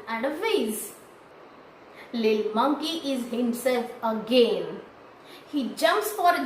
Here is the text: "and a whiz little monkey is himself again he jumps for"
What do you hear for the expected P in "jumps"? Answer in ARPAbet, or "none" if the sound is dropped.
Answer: P